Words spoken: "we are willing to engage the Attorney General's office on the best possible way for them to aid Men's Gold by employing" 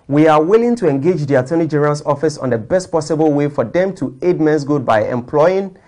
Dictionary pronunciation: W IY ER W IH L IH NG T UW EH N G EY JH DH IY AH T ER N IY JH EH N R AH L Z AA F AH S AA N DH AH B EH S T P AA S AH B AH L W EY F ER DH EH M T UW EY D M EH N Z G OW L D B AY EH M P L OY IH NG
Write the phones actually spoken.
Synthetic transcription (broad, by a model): W IY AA W IH L IH NG T UW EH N G EY JH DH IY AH T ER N IY JH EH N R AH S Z AA F AH S AA N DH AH B EH S T P AA S AH B AH L W EY F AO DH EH M T UW EY D M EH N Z G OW D B AY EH M P L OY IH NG